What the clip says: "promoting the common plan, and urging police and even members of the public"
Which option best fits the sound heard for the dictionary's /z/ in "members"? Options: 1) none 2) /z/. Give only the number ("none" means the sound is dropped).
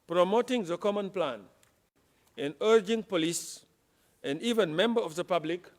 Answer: 1